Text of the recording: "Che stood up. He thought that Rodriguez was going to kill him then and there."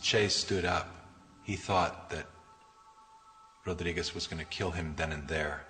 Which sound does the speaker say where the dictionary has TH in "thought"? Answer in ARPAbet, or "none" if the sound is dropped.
TH